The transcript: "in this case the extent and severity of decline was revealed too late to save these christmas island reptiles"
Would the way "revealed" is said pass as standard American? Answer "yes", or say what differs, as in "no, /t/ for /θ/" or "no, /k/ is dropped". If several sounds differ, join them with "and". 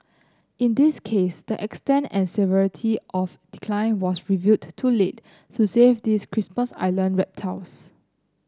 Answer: no, /l/ is dropped